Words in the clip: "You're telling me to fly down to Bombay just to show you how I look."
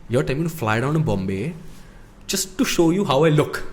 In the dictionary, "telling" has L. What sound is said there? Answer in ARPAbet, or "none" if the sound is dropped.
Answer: none